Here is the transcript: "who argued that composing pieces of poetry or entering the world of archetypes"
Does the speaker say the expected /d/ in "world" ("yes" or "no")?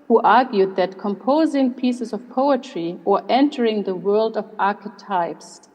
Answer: yes